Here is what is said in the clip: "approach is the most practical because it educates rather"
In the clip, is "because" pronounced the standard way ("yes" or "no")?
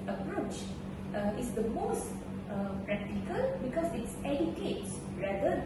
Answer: no